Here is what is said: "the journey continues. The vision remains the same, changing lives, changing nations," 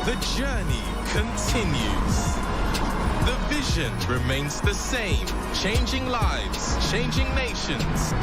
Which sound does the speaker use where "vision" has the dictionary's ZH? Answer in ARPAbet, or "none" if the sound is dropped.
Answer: ZH